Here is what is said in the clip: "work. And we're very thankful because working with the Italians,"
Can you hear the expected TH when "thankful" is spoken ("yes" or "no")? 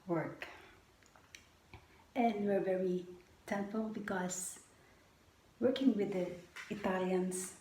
no